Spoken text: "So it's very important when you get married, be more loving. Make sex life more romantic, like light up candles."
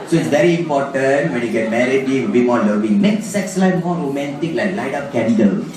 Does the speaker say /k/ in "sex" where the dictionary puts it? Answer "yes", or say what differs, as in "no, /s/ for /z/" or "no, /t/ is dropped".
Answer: yes